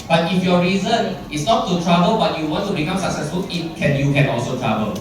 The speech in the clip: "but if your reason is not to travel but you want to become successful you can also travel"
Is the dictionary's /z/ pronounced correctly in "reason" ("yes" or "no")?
yes